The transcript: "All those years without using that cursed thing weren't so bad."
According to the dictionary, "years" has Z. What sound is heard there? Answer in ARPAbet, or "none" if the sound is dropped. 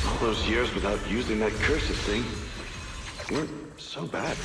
Z